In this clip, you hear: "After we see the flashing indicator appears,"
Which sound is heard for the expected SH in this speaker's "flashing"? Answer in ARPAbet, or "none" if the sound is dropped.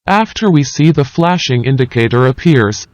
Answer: SH